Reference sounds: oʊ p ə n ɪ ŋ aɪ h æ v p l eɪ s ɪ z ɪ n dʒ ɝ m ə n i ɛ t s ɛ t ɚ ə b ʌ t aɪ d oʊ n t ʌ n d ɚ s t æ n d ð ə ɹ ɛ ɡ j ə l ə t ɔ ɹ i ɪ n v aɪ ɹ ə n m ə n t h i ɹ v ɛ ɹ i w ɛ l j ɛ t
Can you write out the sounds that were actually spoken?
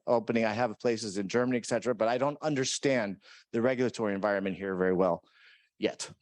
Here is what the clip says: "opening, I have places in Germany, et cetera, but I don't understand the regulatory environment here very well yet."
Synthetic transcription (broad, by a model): oʊ p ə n ɪ ŋ aɪ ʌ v p l eɪ s ɪ z ɪ n dʒ ɝ m ə n i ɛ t s ɛ t ɚ ə b ʌ t aɪ d oʊ n t ʌ n d ɚ s t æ n ð ə ɹ ɛ ɡ j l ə t ɔ ɹ i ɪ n v aɪ ɹ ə n m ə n t h i ɹ v ɛ ɹ i w ɛ l j ɛ t